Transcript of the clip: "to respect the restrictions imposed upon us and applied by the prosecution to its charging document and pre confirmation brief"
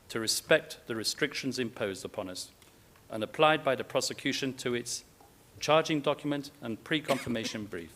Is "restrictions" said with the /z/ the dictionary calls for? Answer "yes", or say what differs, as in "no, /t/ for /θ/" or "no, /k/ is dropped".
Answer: yes